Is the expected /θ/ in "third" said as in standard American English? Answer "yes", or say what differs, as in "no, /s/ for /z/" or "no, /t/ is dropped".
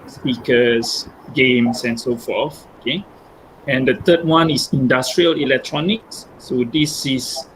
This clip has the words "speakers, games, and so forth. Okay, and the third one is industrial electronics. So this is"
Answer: no, /t/ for /θ/